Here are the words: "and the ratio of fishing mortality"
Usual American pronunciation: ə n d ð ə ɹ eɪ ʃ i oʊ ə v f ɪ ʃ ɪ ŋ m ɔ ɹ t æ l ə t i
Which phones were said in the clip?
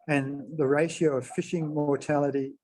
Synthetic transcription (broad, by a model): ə n ð ə ɹ eɪ ʃ i oʊ ə v f ɪ ʃ ɪ ŋ m ɔ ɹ t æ l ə t i